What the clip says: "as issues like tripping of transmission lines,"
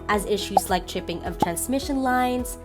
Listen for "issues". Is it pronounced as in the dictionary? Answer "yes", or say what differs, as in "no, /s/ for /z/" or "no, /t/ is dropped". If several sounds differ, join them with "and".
yes